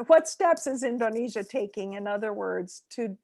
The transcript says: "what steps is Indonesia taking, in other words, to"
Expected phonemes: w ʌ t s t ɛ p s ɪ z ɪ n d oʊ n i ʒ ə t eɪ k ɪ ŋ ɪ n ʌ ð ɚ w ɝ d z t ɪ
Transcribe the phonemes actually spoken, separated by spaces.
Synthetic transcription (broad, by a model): w ʌ t s t ɛ p s ɪ z ɪ n d oʊ n i ʒ ə t eɪ k ɪ ŋ ɪ n ʌ ð ɚ w ɝ d z t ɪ